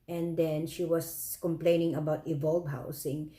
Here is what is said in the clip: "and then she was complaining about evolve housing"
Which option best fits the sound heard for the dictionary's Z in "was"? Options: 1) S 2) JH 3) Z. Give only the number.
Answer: 1